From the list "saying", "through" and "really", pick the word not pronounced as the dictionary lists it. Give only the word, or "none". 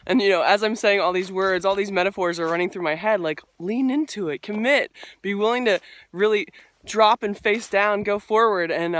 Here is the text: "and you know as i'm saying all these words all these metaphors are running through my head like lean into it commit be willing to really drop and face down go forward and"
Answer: none